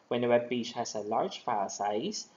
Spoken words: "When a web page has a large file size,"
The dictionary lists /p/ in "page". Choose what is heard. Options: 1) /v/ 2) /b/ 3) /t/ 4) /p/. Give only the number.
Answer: 2